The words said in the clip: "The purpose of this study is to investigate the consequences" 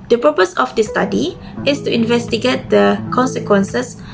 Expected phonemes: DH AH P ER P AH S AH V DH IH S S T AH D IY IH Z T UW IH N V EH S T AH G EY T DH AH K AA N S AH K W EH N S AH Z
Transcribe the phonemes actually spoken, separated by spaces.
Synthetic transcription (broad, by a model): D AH P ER P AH S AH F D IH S S T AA D IY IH S T UW IH N V EH S T AH G EY T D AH K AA N S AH K W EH N S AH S